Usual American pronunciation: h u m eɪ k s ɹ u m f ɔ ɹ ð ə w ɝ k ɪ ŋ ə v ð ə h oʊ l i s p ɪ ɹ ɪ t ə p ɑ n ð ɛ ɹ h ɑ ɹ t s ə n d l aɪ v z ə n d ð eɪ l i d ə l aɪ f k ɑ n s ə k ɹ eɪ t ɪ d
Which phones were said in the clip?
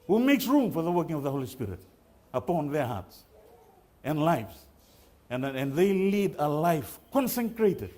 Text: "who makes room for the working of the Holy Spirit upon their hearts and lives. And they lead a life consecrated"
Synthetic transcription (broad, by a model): h u m eɪ k s ɹ u m f ɔ ɹ ð ə w ɝ k ɪ ŋ ə v ð ə h oʊ l i s p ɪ ɹ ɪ t ə p ɑ n ð ɛ ɹ h ɑ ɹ t s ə n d l aɪ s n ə n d ð eɪ l i d ə l aɪ f k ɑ n s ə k ɹ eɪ t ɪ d